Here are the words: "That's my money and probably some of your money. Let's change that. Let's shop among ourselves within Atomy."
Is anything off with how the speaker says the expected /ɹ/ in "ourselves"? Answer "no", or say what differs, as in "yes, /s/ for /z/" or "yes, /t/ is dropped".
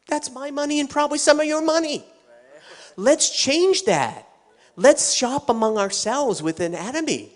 no